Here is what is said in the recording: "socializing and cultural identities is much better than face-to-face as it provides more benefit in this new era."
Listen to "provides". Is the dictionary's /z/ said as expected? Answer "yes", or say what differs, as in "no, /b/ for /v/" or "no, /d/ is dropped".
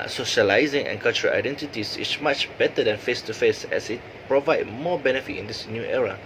no, /z/ is dropped